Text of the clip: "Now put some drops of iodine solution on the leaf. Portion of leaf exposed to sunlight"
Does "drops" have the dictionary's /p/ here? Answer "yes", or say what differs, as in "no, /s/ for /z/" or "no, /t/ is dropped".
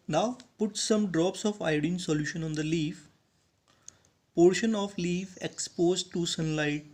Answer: yes